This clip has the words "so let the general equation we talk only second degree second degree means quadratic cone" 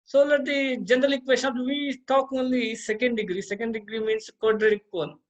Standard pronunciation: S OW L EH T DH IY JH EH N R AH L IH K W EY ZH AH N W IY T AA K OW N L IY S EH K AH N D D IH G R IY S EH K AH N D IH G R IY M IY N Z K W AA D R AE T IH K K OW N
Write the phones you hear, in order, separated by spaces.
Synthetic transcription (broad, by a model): S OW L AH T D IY JH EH N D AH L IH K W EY S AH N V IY T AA K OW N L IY S EH K AH N D D IH G R IY S EH K AH N D IH G R IY M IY N S K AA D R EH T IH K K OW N